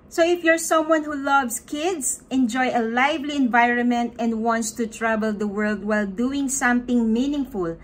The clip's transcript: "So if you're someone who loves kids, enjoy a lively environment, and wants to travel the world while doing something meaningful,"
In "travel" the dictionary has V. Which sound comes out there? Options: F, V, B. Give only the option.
B